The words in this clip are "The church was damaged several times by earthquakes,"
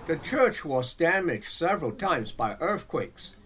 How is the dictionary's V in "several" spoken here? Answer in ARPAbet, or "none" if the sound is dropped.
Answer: V